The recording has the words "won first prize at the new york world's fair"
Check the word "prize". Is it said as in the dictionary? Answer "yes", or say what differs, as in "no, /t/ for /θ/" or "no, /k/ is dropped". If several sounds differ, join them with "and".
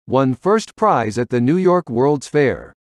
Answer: yes